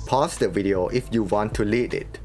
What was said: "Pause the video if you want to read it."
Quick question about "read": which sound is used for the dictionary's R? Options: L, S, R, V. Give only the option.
L